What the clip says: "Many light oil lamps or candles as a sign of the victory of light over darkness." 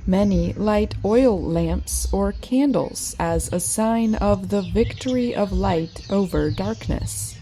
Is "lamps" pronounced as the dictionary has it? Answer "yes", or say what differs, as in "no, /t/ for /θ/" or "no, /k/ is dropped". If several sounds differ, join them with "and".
yes